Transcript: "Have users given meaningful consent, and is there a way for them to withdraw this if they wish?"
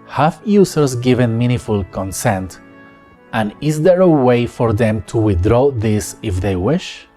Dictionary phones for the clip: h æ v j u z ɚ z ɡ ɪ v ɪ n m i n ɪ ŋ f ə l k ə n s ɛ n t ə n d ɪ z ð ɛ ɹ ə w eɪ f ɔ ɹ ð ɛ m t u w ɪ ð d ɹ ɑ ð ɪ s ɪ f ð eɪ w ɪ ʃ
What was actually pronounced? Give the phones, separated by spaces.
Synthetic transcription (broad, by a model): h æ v j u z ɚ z ɡ ɪ v ɪ n m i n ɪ f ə l k ə n s ɛ n t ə n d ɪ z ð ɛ ɹ ə w eɪ f ɔ ɹ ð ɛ m t u w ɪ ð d ɹ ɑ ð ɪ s ɪ f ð eɪ w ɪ ʃ